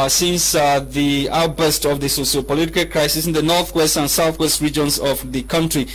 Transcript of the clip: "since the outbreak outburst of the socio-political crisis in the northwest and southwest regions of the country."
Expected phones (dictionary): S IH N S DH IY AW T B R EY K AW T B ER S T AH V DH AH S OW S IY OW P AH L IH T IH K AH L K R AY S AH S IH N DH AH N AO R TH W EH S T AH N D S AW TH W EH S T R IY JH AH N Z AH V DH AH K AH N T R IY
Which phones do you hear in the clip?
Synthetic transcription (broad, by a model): S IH N S DH IY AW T AW T B ER S T AH V DH AH S OW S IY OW P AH L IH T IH K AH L K R AY S AH S IH N DH AH N AO R TH W EH S T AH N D S AW TH W EH S T R IY JH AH N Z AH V DH AH K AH N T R IY